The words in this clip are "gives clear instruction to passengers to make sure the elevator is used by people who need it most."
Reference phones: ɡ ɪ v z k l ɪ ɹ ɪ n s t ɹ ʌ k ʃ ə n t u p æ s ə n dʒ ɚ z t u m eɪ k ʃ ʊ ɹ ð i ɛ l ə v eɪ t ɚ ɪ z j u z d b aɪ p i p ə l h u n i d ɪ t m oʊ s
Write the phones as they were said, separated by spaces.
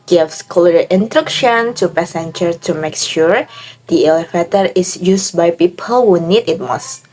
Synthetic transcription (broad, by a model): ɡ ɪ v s k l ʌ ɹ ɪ n t ɹ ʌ k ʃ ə n t u p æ s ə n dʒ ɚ t u m eɪ k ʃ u ɹ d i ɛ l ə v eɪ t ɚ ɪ s j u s b aɪ p i p ə l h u n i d ɪ t m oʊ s